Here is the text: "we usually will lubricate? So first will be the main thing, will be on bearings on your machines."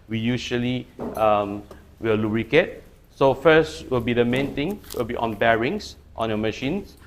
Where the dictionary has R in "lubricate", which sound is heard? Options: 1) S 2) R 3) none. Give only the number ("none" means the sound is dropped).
2